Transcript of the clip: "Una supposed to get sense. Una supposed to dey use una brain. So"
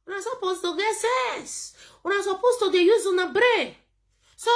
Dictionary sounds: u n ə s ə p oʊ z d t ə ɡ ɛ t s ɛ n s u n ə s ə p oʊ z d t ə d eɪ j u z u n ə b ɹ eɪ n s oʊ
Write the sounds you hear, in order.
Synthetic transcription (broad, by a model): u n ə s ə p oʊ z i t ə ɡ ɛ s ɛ s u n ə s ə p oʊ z t ə d eɪ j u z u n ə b ɹ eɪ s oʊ